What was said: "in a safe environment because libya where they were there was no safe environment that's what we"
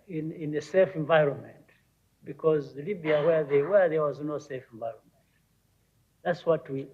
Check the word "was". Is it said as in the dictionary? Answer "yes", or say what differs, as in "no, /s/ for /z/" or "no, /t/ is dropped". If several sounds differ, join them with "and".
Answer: yes